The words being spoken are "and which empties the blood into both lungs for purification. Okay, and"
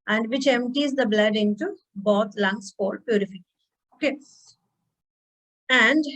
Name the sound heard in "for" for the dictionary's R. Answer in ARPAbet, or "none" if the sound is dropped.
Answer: L